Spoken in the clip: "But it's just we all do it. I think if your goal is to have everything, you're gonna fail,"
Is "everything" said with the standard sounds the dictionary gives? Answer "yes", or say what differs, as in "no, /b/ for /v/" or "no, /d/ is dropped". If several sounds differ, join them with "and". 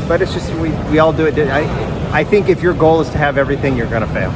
yes